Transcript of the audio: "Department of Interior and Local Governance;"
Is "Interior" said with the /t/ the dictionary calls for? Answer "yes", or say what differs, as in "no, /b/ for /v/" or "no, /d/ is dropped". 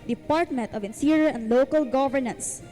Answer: no, /s/ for /t/